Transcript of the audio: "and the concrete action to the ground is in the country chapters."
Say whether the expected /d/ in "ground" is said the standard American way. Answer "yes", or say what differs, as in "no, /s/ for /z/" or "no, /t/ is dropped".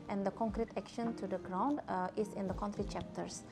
yes